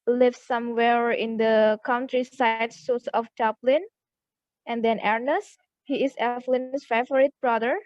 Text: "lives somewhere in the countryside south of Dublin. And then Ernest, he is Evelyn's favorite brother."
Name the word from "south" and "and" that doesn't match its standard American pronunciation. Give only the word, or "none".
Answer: south